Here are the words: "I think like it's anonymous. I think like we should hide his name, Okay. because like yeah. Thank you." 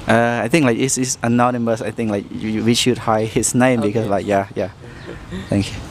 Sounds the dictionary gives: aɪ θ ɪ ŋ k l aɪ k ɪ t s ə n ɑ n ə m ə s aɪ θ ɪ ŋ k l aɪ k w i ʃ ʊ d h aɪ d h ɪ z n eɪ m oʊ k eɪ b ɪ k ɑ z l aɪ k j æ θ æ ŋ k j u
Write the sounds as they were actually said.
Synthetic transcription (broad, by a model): aɪ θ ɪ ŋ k l aɪ k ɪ s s ə n ɑ n ə m ə s aɪ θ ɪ ŋ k l aɪ k w i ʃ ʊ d h aɪ h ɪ s n eɪ m b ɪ k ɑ s l aɪ k j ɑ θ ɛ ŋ k j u